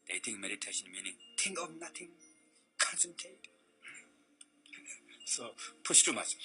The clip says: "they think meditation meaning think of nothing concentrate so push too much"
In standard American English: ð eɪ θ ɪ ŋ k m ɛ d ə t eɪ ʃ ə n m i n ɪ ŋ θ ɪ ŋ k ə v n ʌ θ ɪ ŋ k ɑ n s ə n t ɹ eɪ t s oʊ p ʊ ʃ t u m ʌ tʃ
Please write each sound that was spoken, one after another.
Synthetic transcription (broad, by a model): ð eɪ t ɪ ŋ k m ɛ d ə t eɪ ʃ ə n m i n ɪ ŋ t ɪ ŋ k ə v n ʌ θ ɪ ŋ k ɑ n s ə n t eɪ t s oʊ p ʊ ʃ t u m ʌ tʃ